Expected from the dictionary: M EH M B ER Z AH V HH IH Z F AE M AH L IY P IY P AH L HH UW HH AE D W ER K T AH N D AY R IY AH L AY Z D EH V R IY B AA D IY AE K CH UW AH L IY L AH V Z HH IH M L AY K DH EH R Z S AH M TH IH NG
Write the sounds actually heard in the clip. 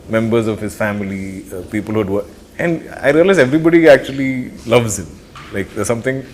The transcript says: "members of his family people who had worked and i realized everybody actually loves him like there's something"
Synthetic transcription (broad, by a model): M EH M B ER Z AH V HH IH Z F AE M AH L IY P IY P AH L HH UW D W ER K AH N D AY R IY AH L AY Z EH V R IY B AA D IY AE K CH UW AH L IY L AH V Z HH IH M L AY K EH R S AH M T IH NG